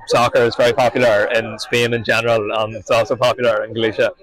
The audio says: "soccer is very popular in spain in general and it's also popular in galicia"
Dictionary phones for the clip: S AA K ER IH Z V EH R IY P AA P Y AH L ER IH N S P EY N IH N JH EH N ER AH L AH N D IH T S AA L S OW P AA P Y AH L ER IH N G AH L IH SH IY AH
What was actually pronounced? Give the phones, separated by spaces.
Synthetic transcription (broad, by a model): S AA K ER IH Z V EH R IY P AA P Y L ER IH N S P EY N IH N JH EH N ER AH L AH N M IH T S AA L S OW P AA P Y L ER IH N G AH L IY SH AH